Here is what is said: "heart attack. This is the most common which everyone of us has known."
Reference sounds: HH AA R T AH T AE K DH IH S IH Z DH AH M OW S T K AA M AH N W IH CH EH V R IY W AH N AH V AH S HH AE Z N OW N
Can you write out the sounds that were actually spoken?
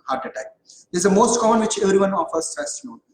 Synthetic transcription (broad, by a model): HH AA R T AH T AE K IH IH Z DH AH M OW S T K AA M AH N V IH CH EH V R IY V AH N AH F AH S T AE S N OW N